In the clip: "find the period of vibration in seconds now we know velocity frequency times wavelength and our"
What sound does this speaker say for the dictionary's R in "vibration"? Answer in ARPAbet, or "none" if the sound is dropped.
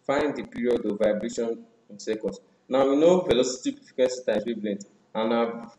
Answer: R